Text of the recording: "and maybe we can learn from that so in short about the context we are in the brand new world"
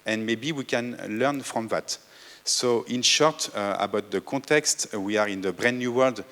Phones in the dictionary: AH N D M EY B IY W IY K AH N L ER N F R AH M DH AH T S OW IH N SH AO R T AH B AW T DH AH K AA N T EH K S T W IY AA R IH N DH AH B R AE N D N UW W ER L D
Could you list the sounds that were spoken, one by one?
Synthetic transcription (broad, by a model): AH N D M EY B IY W IY K AH N L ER N F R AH M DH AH T S OW IH N SH AO R T AH B AW T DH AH K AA T EH K S T W IY AA R IH N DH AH B R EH N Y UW W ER L D